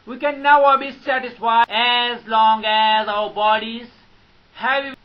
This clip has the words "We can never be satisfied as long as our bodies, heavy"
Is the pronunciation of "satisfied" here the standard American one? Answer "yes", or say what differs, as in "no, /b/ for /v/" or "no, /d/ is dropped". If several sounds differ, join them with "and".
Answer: no, /d/ is dropped